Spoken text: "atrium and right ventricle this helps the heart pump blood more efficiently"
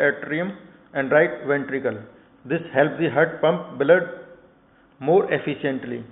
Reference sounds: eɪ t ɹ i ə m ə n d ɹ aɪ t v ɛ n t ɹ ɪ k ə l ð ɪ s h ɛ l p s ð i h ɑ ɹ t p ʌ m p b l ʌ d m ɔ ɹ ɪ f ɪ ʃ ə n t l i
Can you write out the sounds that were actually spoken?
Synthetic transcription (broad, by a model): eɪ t ɹ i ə m ə n d ɹ aɪ t v ɛ n t ɹ ɪ k ə l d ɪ s h ɛ l p s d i h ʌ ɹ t p ʌ m p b l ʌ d m ɔ ɹ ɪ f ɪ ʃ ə n t l i